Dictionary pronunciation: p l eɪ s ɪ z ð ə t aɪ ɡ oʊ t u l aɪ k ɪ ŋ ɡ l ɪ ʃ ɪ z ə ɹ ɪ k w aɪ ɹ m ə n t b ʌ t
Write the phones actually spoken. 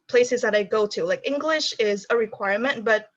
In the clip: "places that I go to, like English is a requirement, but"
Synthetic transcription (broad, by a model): p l eɪ s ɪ z ð ə t aɪ ɡ oʊ t u l aɪ k ɪ ŋ ɡ l ɪ ʃ ɪ z ə ɹ ɪ k w aɪ ɹ m ə n t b ʌ t